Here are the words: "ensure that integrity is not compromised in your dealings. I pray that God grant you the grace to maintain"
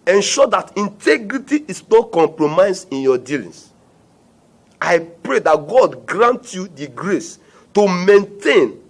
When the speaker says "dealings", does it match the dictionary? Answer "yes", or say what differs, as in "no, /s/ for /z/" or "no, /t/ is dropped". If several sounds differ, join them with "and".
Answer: no, /s/ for /z/